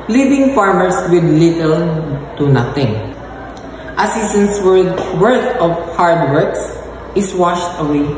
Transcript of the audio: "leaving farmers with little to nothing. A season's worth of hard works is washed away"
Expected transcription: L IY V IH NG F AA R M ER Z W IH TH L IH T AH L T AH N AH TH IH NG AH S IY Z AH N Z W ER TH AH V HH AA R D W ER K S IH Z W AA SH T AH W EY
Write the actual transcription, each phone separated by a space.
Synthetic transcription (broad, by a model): L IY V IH NG F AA R M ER S W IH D L IH T AH L T AH N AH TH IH NG AH S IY S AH N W W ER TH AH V HH AA R D W ER K S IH S W AA SH T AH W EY